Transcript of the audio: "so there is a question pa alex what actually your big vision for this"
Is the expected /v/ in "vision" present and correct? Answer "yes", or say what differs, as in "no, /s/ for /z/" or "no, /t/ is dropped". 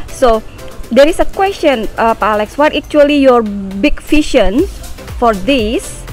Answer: no, /f/ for /v/